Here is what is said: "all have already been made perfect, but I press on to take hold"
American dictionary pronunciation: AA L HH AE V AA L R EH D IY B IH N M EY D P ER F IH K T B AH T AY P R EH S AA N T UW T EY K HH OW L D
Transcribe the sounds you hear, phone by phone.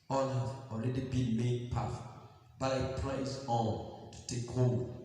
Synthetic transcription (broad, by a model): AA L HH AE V AA L R EH D IY B IH N M EY D P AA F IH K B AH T AY P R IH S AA L T UW T EY K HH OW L